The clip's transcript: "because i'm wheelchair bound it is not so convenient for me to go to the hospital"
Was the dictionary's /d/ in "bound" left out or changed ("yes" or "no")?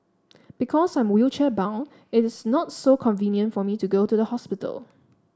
yes